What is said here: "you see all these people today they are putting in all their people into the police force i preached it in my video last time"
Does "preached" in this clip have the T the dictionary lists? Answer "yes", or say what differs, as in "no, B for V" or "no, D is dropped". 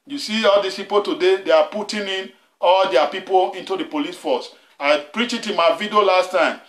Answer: no, T is dropped